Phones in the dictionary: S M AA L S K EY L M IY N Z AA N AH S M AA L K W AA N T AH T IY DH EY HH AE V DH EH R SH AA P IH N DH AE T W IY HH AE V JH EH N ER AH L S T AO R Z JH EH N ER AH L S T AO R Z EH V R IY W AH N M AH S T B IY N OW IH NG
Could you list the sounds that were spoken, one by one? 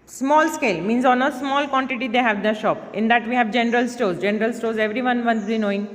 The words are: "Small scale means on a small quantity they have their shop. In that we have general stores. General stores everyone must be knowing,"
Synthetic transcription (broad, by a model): S M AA L S K EY L M IY N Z AA N AH S M AA L K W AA N T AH T IY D EY HH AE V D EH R SH AA P IH N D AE T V IY HH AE V JH EH N ER AH L S T AO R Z JH EH N ER AH L S T AO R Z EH V R IY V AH N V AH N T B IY N OW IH NG